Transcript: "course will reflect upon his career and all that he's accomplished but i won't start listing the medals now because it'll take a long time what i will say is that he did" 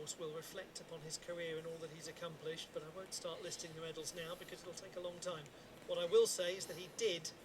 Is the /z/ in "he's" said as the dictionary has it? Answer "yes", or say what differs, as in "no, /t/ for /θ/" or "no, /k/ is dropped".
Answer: yes